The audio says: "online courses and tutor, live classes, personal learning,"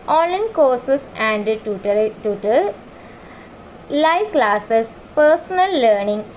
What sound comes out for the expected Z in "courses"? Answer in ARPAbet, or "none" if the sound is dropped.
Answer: S